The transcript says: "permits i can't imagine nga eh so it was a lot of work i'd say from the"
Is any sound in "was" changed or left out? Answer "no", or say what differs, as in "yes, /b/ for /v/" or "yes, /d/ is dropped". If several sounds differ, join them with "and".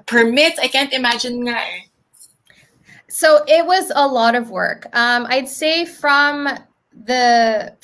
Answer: no